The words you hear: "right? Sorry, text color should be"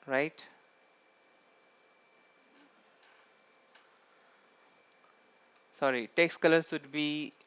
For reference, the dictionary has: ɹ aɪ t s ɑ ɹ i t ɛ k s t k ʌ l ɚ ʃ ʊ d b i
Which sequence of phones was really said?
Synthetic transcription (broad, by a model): ɹ aɪ t s ɑ ɹ i t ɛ k s k ʌ l ɚ s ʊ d b i